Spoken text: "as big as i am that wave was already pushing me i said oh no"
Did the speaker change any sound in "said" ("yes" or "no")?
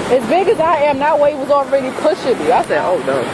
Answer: yes